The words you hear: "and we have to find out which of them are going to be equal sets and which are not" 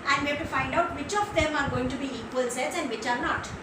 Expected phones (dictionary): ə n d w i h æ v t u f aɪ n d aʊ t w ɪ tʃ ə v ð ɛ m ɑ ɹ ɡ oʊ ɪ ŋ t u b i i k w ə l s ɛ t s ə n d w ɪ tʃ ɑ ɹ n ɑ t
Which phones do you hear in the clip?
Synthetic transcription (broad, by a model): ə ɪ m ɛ b t u f aɪ n d aʊ t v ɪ tʃ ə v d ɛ m ɑ ɹ ɡ oʊ ɪ ŋ t u b i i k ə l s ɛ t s ə n d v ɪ tʃ ɑ ɹ n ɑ t